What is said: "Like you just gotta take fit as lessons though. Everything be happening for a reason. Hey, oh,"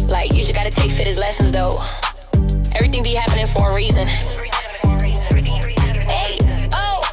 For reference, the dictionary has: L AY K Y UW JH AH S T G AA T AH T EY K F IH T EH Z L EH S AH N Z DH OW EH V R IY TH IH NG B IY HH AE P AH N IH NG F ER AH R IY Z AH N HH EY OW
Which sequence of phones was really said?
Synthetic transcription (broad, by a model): L AY K Y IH JH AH S G AA T AH T EY K F IH T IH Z L EH S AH N Z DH OW EH V R IY TH IH NG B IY HH AE P AH N IH NG F ER AH R IY Z AH N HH EY OW